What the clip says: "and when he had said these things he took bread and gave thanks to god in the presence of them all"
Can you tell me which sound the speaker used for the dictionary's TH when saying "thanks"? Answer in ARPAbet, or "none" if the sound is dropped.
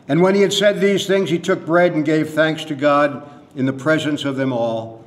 TH